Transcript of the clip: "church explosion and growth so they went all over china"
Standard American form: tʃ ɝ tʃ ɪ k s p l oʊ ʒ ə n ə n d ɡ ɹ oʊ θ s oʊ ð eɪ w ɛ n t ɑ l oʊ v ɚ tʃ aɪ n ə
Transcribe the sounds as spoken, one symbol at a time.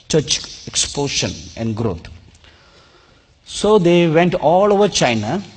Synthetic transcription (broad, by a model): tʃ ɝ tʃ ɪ k s p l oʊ ʃ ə n ə n d ɡ ɹ oʊ t s oʊ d eɪ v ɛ n t ɑ l oʊ v ɚ tʃ aɪ n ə